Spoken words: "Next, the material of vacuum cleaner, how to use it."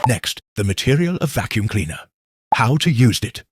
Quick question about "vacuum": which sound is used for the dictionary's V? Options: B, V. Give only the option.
V